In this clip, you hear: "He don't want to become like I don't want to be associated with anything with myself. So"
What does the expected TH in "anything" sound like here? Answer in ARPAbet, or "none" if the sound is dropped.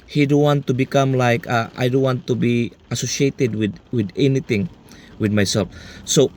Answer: T